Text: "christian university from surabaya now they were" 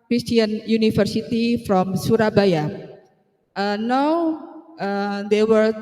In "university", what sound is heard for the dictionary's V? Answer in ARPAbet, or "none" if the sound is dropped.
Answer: F